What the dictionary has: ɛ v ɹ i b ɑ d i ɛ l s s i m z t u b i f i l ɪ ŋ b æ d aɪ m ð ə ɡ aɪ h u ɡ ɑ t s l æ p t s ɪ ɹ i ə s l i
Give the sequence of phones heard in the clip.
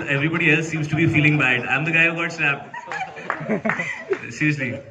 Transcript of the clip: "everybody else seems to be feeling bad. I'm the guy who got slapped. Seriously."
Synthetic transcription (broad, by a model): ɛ v ɹ i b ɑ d i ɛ l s s i m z t u b i f i l ɪ ŋ b æ d aɪ m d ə ɡ aɪ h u ɡ ɑ t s n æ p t s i ɹ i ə s l i